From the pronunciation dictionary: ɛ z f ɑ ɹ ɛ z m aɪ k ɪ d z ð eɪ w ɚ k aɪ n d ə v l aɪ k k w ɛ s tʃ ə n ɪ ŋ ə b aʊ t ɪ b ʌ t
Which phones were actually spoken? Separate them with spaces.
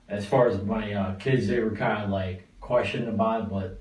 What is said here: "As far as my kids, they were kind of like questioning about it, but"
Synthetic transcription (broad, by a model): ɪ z f ɑ ɹ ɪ z m aɪ k ɪ d z ð eɪ w ɚ k aɪ n d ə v l aɪ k k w ɛ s tʃ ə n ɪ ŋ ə b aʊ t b ʌ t